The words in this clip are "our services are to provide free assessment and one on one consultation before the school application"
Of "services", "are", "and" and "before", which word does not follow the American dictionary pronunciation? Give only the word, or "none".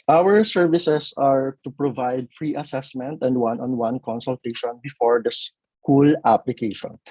services